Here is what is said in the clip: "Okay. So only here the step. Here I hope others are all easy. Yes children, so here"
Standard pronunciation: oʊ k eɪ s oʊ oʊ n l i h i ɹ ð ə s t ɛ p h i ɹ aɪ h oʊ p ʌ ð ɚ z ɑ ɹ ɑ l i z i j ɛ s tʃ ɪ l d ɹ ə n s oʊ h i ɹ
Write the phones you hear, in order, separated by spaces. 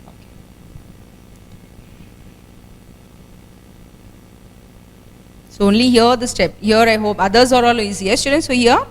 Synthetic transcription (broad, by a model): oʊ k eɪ s oʊ oʊ n l i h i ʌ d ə s t ɛ p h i ɹ aɪ h oʊ p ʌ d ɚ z ɑ ɹ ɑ l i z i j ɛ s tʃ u d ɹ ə n s oʊ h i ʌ